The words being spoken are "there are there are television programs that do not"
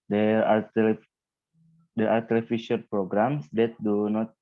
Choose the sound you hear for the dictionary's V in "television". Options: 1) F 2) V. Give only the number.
1